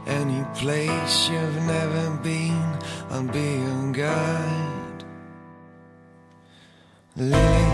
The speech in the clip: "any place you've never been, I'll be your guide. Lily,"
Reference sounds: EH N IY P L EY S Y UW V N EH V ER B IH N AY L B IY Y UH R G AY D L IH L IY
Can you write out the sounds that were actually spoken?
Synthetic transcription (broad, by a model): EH N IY P L EY S Y UW V N EH V ER B IH N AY N B IY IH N G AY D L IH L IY